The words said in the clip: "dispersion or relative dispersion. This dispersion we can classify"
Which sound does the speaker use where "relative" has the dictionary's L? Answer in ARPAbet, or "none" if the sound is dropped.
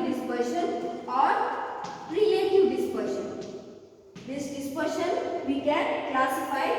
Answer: none